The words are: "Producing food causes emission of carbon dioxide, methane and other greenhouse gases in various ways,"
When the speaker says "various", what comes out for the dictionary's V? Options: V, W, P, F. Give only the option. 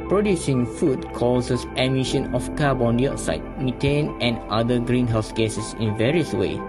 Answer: V